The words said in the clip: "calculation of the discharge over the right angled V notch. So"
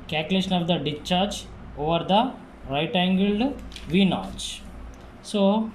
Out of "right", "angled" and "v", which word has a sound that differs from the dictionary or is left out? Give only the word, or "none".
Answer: none